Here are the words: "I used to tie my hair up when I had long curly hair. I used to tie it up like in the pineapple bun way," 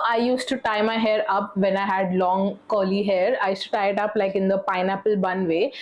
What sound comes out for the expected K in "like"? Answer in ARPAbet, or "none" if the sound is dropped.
K